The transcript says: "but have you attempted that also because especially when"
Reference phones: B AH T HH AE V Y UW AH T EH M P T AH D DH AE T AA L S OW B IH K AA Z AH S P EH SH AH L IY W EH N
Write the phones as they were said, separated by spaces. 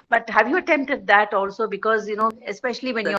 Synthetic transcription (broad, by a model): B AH T HH AE V Y UW AH T EH M P T AH D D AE T AA L S OW B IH K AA Z AH S P EH SH AH L IY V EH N